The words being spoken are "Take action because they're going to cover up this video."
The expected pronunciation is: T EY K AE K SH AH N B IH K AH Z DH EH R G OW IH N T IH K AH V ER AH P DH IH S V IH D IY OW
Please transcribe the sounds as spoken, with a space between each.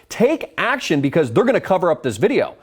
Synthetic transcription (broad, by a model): T EY K AE K SH AH N B IH K AH Z DH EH R G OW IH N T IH K AH V ER AH P DH IH S V IH D IY OW